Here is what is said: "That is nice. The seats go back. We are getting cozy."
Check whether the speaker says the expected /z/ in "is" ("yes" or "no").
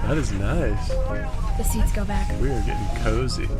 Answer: yes